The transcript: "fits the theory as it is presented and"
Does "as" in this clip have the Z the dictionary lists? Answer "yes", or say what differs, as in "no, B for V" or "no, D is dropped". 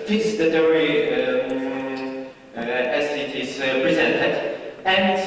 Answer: no, S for Z